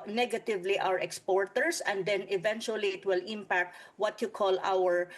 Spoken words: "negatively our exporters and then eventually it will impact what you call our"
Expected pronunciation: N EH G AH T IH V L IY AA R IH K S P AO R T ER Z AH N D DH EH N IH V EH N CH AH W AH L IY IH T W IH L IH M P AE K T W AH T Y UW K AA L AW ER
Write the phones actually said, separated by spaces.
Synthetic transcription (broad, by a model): N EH G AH T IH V L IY AA R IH K S P AO R T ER S AH N D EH N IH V EH N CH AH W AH L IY IH T W IH L IH M P AE K T W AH T Y UW K AA L AW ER